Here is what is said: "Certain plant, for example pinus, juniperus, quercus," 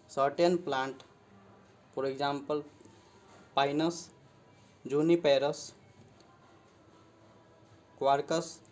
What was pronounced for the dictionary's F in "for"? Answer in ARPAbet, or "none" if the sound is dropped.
P